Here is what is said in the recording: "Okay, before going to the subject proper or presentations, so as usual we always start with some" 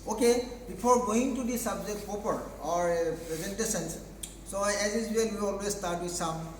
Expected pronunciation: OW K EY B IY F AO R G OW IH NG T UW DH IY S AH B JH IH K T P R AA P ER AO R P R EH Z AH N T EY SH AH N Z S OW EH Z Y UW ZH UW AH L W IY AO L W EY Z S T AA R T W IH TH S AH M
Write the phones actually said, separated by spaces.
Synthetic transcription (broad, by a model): OW K EY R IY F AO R G OW IH NG T UW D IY S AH B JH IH K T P AA P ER AO R P R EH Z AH N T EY S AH N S S OW EH Z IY Z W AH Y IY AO L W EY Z S T AA R T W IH S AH M